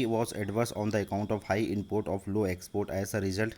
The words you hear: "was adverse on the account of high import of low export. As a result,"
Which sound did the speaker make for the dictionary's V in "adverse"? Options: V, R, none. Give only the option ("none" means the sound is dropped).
V